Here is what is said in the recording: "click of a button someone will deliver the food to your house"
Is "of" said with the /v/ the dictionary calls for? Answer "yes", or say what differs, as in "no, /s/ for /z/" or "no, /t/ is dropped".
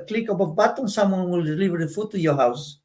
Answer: no, /b/ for /v/